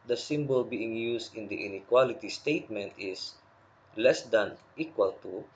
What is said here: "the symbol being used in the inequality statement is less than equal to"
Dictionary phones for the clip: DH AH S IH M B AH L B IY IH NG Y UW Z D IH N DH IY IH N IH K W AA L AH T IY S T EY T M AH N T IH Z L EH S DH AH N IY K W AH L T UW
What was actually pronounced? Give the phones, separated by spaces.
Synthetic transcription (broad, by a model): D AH S IH M B AH L B IY IH NG Y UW S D IH N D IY IH N IH K W AA L AH T IY S T EY T M AH N T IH S L EH S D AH N IY K W AH L T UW